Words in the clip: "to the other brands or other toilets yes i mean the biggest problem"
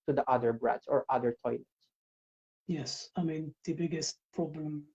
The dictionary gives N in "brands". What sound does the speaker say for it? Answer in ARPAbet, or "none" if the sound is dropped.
none